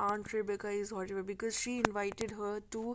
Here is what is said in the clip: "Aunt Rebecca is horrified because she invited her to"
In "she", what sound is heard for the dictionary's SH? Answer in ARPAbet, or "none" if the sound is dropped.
SH